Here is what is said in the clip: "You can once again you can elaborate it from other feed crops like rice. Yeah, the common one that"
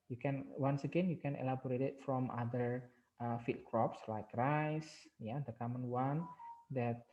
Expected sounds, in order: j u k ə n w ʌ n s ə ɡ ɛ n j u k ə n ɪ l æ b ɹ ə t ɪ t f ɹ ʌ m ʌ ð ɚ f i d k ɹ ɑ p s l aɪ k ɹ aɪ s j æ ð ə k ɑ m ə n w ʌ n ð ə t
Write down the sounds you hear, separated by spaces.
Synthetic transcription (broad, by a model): j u k ə n w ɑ n s ə ɡ ɛ n j u k ə n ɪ l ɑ b ɹ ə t ɪ t f ɹ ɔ m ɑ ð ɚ f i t k ɹ ɑ p s l aɪ k ɹ aɪ s j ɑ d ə k ɑ m ə n w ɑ n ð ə t